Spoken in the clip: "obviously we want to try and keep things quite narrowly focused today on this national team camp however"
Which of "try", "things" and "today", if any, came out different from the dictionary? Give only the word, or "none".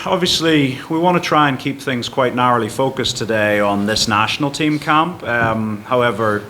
none